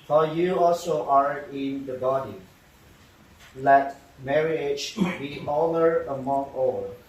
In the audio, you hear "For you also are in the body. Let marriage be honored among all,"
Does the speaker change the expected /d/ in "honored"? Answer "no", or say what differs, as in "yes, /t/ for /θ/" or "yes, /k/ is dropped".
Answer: yes, /d/ is dropped